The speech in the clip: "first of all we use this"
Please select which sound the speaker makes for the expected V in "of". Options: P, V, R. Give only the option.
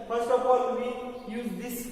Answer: P